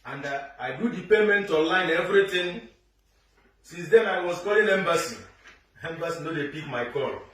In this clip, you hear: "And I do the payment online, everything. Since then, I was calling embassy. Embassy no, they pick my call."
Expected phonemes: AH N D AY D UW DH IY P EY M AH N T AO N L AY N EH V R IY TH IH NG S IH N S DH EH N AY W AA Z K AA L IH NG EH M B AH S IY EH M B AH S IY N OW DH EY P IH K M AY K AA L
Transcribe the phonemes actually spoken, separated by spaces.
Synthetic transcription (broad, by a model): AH N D AY D UW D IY P EY M AH N T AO L AY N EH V R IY T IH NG S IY N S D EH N AY W AA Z K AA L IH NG EH M B AH S IY EH M B AH S IY N OW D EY P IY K M AY K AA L